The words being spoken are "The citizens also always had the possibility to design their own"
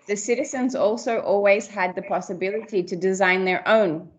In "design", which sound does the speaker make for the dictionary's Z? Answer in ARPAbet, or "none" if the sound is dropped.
Z